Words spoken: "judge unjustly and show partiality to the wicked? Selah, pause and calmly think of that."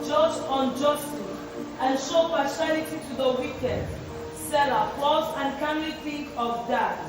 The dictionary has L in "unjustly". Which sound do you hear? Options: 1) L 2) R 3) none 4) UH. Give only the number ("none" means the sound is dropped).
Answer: 3